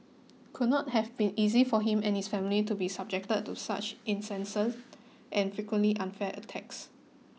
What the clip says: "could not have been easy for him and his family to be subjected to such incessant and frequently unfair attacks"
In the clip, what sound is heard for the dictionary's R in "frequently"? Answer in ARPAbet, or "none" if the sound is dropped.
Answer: none